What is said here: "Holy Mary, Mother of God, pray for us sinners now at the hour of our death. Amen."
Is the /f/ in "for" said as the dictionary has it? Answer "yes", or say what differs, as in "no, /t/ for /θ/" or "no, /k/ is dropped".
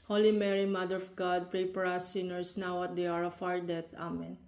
no, /p/ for /f/